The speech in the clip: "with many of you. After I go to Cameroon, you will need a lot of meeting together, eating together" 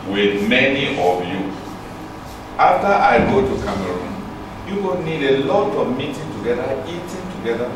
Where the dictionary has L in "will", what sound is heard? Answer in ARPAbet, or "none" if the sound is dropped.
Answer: N